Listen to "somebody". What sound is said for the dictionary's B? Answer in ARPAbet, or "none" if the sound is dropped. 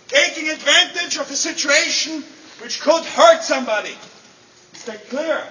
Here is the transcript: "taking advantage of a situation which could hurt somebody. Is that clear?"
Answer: B